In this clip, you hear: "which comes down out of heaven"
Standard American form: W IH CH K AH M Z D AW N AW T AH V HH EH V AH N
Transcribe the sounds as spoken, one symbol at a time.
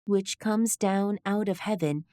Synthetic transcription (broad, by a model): W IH CH K AH M Z D AW N AW T AH V HH EH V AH N